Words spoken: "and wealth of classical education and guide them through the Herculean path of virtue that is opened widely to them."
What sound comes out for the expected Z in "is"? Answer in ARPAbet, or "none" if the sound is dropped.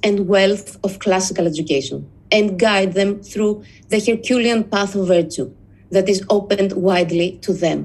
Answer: Z